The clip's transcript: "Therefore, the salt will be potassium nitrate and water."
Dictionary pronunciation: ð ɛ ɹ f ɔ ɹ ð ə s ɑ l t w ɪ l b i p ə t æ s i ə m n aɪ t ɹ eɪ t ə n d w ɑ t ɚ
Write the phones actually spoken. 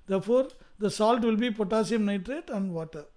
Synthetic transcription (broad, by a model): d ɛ ɹ f ɔ ɹ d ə s ɑ l t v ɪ l b i p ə t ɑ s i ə m n aɪ t ɹ eɪ t ə n d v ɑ t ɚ